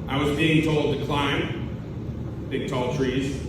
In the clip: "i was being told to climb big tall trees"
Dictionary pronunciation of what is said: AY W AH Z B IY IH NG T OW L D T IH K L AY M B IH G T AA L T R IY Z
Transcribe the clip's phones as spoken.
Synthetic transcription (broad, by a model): AY W AH Z B IY IH NG T OW L D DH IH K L AY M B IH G T AA L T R IY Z